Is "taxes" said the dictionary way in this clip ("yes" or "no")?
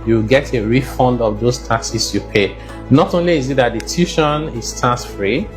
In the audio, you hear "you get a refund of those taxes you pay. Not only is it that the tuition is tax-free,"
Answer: no